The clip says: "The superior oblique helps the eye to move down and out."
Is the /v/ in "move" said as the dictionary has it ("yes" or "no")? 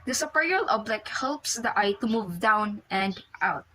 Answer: yes